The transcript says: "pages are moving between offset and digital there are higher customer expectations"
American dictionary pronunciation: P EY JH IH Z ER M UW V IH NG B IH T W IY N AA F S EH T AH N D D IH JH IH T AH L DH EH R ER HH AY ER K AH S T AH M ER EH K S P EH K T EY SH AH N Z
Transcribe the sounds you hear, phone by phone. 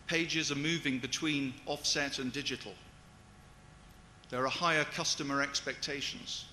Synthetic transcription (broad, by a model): P EY JH IH Z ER M UW V IH NG B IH T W IY N AA F S EH T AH N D D IH JH IH T AH L DH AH R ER HH AY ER K AH S T AH M ER EH K S P EH K T EY SH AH N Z